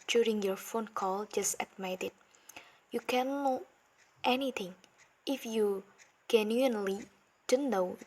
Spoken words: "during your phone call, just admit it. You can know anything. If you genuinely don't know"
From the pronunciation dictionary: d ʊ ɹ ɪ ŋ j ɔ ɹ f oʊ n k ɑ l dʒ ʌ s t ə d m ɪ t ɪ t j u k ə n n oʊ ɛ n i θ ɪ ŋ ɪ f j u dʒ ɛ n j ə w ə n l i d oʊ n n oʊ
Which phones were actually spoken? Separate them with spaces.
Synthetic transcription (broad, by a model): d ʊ ɹ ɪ ŋ j ɔ ɹ f oʊ n k ɑ l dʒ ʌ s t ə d m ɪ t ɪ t j u k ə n n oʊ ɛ n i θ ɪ ŋ ɪ f j u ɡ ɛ n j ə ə n l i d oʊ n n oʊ